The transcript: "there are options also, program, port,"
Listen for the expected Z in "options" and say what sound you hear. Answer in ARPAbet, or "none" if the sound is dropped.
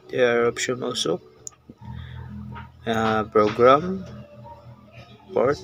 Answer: none